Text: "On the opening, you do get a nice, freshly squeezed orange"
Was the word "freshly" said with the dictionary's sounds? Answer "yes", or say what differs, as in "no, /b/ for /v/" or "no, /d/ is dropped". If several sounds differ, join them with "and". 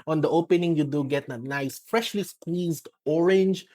yes